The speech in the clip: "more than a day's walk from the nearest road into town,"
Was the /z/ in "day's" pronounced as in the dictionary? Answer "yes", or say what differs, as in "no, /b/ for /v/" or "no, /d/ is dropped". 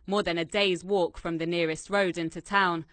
yes